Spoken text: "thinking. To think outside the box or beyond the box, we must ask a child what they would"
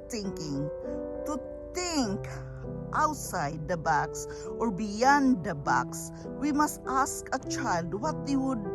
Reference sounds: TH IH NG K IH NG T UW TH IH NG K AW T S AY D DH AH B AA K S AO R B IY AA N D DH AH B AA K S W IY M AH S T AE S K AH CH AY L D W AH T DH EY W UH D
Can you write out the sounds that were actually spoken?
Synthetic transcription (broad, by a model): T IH NG K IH NG T UW T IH NG K AW T S AY D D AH B AA K S AO R B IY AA N D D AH B AA K S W IY M AH S T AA S K AH CH AY L D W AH T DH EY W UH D